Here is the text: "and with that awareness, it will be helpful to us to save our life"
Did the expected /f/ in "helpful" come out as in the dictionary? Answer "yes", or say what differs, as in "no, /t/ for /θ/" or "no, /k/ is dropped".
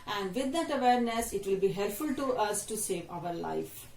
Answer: yes